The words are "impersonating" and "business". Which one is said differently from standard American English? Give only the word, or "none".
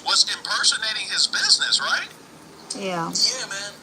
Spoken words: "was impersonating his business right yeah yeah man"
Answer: none